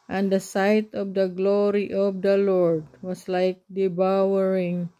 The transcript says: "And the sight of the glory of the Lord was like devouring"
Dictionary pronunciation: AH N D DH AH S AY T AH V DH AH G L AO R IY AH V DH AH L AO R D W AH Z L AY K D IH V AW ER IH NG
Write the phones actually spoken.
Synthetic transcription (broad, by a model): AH N D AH S AY T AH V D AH G L AO R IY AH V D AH L AO R D W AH S L AY K D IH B AW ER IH NG